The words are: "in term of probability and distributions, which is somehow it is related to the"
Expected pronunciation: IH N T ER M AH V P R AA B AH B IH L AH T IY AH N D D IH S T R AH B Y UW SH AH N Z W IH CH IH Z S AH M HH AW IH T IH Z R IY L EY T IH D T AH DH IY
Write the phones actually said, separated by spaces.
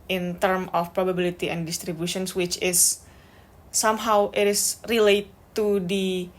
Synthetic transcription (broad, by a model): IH N T ER M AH F P R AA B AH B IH L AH T IY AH N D D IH S T R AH B Y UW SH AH N S W IH CH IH S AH M HH AW IH T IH S R IY L EY T IH D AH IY